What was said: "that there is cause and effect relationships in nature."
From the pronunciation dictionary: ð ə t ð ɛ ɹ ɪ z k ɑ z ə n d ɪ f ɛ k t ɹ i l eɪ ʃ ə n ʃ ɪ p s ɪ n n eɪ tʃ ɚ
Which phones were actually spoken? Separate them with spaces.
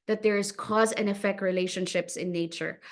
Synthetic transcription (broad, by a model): ð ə t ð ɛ ɹ ɪ z k ɑ z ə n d ɪ f ɛ k t ɹ i l eɪ ʃ ə n ʃ ɪ p s ɪ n n eɪ tʃ ɚ